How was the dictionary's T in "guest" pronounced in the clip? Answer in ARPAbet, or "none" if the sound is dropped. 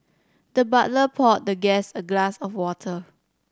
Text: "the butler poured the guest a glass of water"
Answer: none